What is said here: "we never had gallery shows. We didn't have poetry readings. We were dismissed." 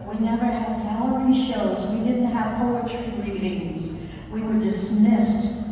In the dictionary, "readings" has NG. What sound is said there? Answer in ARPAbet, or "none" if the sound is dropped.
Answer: NG